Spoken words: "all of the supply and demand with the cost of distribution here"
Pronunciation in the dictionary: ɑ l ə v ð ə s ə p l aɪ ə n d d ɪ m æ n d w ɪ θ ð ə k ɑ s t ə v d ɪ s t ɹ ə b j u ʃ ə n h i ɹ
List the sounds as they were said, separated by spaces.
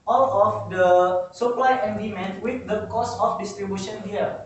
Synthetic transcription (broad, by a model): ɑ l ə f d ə s ə p l aɪ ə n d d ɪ m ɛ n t w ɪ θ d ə k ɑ s ə f d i s t ɹ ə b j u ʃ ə n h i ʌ